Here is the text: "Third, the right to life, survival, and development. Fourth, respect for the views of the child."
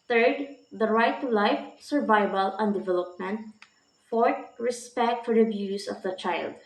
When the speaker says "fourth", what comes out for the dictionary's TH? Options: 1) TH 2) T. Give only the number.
2